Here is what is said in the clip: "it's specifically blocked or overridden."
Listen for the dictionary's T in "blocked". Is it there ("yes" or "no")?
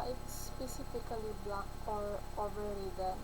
no